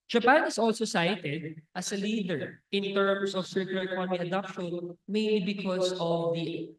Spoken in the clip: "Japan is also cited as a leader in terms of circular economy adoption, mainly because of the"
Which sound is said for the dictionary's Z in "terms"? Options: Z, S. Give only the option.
S